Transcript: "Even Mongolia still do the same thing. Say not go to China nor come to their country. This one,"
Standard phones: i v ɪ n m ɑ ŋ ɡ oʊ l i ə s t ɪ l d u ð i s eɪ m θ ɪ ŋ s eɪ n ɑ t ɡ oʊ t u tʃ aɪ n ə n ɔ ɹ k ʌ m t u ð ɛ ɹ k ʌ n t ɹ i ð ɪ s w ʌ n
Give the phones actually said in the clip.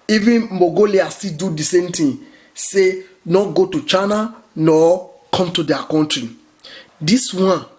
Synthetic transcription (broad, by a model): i v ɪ n m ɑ ɡ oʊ l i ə s t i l d u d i s eɪ m t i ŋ s eɪ n ɑ t ɡ oʊ t u tʃ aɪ n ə n ɔ k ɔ m t u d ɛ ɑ k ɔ n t ɹ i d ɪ s w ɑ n